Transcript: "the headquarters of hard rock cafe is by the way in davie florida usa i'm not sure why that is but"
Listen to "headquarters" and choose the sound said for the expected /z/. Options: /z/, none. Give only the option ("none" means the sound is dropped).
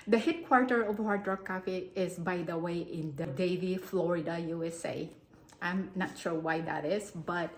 none